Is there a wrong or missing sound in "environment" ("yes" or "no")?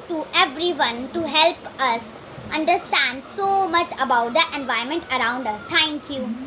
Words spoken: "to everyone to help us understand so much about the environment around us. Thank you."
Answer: yes